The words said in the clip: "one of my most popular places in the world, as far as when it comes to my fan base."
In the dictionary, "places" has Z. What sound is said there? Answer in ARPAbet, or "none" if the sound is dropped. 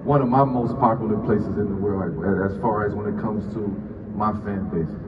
Z